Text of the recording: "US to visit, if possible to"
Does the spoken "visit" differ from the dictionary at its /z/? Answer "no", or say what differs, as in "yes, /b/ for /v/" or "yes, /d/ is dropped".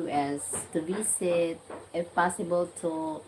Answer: yes, /s/ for /z/